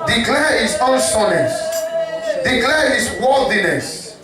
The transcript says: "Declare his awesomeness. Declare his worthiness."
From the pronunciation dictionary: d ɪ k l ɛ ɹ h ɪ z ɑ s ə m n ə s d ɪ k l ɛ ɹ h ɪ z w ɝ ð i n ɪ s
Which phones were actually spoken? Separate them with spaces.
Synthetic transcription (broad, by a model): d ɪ k l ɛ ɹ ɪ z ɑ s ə n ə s d ɪ k l ɛ ɹ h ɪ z w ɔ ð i n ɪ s